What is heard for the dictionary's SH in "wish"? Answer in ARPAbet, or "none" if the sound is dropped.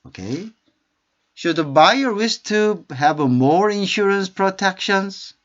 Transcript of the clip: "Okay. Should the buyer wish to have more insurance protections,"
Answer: S